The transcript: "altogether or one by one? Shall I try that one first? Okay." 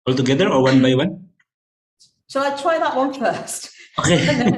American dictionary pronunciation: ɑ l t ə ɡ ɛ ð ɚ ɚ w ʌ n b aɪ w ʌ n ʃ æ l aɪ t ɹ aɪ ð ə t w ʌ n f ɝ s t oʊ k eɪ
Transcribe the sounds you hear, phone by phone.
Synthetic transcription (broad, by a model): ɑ l t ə ɡ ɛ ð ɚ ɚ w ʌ n b aɪ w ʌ n s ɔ aɪ t ɹ aɪ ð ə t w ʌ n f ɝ s t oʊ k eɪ